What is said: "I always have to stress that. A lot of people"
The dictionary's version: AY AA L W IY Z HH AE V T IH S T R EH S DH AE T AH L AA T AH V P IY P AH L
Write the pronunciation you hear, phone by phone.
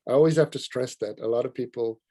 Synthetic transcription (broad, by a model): AY AA L W IY Z HH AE F T IH S T R EH S DH AE T AH L AA T AH V P IY P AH L